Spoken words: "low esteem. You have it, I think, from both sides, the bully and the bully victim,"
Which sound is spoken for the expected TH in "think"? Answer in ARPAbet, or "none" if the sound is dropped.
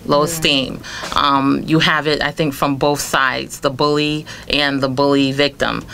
TH